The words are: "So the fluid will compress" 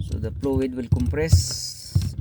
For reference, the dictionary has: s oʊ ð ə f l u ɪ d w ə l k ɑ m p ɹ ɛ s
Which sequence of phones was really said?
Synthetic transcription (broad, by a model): s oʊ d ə p l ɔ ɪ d w ə l k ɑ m p ɹ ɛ s